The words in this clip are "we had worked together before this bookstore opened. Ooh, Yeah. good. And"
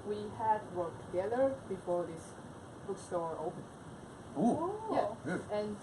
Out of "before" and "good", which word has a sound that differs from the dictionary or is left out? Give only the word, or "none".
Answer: good